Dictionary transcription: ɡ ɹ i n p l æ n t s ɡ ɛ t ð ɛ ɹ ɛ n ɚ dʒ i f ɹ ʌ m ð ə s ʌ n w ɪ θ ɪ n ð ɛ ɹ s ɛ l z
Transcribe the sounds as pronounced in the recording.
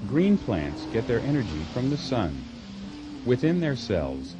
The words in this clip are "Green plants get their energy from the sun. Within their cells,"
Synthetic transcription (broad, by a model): ɡ ɹ i n p l æ n t s ɡ ɛ t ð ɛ ɹ ɛ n ɚ dʒ i f ɹ ʌ m ð ə s ʌ n w ɪ θ ɪ n ð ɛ ɹ s ɛ l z